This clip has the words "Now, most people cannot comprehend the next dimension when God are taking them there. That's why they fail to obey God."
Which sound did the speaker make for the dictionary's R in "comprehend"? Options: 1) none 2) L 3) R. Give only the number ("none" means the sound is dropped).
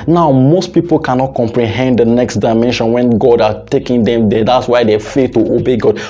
3